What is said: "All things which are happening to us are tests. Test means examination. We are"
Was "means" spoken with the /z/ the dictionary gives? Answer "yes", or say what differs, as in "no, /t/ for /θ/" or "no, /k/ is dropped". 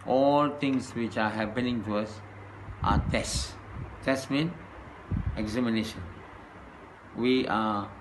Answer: no, /z/ is dropped